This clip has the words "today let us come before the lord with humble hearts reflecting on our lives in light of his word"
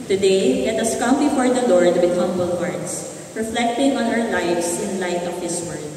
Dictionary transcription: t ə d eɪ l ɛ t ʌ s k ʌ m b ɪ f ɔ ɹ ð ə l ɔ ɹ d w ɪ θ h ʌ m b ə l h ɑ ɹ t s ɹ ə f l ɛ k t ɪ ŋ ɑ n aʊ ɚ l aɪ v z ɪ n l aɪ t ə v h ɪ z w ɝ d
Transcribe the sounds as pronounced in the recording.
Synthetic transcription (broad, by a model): t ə d eɪ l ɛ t ʌ s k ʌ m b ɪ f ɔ ɹ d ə l ɔ ɹ d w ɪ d h ʌ m b ə l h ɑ ɹ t s ɹ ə f l ɛ k t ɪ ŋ ɑ n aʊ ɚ l aɪ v s ɪ n l aɪ t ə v h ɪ s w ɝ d